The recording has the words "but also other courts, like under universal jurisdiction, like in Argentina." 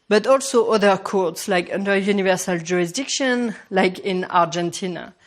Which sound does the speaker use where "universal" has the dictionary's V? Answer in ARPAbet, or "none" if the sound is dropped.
V